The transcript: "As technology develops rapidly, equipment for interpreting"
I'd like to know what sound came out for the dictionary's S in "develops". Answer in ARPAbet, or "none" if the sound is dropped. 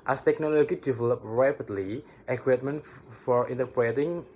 none